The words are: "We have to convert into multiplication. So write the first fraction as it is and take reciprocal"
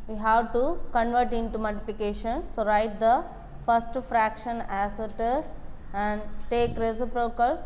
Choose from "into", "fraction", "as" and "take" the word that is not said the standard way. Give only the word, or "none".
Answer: as